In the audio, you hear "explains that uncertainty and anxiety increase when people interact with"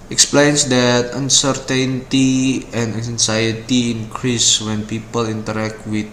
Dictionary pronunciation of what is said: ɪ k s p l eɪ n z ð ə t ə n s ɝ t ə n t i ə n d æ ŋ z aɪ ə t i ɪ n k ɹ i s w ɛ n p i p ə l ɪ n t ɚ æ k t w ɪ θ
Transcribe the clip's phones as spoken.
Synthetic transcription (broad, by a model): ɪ k s p l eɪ n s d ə t ə n s ɝ t ə n t i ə n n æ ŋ s aɪ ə t i ɪ n k ɹ i s w ɛ n p i p ə l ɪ n t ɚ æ k t w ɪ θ